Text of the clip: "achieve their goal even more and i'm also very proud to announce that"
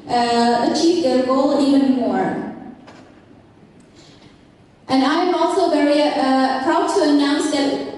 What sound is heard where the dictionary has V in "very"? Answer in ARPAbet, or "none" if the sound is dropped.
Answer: V